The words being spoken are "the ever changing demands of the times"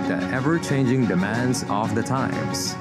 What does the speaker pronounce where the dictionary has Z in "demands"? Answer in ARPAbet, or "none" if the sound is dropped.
Z